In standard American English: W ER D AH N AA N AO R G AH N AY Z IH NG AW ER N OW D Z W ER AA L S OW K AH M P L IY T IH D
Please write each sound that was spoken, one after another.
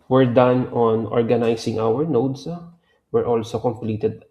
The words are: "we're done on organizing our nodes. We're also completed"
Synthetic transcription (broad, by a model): W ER D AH N AA N AO R G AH N AY S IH NG AW ER N OW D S W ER AA L S OW K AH M P L IY T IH D